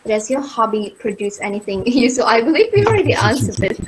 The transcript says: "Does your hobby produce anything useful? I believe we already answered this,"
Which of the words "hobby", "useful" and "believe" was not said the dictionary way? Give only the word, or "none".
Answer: useful